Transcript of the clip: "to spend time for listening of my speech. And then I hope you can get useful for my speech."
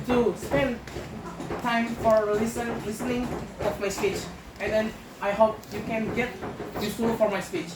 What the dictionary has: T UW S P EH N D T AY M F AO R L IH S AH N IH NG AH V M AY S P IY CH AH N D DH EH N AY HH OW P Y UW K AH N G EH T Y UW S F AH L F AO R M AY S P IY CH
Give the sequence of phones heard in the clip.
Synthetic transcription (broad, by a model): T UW S P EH N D T AY M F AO R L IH S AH N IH NG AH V M AY S P IY CH AH N D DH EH N AY HH OW P Y UW K AH N G EH T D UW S AH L F AO R M AY S P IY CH